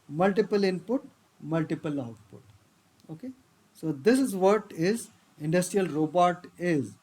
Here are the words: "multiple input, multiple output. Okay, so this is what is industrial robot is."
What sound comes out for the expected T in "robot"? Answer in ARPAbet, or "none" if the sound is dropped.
T